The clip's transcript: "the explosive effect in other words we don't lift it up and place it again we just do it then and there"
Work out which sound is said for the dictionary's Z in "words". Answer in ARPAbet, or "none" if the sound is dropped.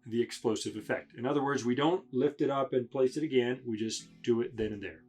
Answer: Z